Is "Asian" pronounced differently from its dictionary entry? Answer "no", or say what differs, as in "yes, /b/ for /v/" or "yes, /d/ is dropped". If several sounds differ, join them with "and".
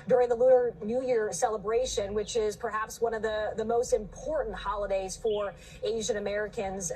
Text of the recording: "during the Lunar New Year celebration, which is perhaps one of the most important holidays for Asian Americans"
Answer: no